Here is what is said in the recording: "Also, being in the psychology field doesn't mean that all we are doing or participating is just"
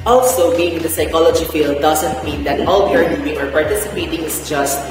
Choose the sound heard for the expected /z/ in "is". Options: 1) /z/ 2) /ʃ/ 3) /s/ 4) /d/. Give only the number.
3